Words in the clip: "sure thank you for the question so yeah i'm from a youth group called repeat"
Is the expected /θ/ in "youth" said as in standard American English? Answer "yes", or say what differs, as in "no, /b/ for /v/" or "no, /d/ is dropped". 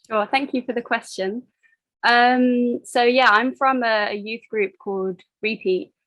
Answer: yes